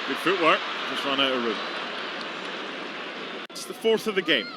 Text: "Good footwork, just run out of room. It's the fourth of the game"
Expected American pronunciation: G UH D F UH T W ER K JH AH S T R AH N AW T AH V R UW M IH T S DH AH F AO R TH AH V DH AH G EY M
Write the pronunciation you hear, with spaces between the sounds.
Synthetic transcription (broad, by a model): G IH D F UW T W ER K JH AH S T R AH N AW T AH R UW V IH T S DH AH F AO R TH AH V DH AH G EY M